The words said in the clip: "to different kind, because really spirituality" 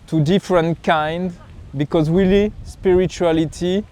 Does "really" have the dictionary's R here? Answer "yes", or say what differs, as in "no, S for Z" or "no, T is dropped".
no, W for R